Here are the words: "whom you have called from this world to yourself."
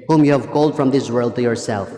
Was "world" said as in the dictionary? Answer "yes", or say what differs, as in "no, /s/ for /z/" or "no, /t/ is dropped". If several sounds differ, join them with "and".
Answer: yes